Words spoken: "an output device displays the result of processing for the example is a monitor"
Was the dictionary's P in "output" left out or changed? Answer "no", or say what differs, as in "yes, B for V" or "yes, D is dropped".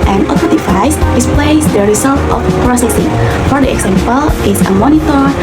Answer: yes, P is dropped